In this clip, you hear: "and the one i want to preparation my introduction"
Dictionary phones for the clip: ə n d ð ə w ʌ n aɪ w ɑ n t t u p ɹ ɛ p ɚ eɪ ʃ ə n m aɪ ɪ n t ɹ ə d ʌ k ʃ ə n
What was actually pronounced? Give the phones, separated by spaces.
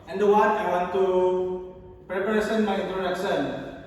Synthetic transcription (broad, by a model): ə n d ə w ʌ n aɪ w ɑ n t t u p ɹ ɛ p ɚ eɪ s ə n m aɪ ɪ n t ɹ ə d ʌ k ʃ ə n